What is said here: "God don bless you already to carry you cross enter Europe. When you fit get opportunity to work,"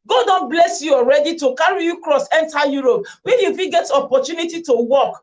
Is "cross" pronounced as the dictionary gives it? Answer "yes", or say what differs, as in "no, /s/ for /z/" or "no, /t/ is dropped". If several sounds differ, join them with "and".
yes